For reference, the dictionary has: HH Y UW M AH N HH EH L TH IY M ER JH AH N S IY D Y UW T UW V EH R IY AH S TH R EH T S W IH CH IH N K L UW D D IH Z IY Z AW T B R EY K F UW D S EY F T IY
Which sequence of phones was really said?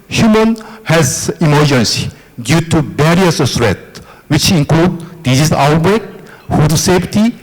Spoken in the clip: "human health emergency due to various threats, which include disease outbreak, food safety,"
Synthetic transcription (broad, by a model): HH Y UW M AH N HH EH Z IY M ER JH AH N S IY D Y UW T UW B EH R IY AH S S R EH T W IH CH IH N K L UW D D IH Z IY S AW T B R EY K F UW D S EY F T IY